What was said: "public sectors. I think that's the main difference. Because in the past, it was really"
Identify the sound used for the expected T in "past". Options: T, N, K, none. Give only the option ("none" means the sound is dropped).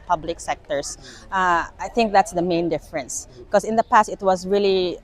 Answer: T